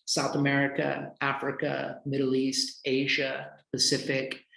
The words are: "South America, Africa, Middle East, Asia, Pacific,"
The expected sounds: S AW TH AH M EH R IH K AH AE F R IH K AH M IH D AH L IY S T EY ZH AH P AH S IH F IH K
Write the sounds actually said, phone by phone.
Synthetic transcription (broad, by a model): S AW TH AH M EH R IH K AH AE F R IH K AH M IH D L IY S T EY ZH AH P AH S IH F IH K